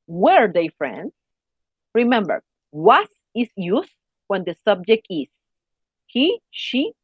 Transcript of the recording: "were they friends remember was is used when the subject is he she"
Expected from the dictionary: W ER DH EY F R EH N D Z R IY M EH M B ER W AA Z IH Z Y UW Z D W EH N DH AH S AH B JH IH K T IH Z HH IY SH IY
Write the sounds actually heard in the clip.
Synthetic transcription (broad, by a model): W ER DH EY F R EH N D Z R IY M EH M B ER W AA S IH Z Y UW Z W EH N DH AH S AH B JH IH K T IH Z HH IY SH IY